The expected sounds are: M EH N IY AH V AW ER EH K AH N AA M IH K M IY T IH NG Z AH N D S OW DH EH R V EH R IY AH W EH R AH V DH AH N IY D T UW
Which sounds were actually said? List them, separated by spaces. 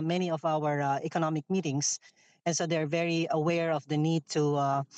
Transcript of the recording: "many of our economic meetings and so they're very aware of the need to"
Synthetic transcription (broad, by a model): M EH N IY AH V AW ER EH K AH N AA M IH K M IY T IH NG S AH N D S OW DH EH R V EH R IY AH W EH R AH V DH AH N IY D T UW